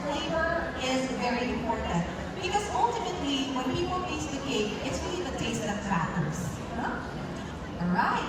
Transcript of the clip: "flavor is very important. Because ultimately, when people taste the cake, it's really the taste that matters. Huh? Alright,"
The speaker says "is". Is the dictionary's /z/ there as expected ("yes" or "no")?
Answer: yes